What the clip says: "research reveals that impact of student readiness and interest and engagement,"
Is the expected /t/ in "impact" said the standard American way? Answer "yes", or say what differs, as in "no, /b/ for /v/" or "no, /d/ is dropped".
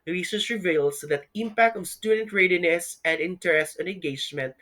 yes